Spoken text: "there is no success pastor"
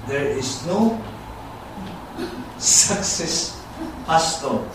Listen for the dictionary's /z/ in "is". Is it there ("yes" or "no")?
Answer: no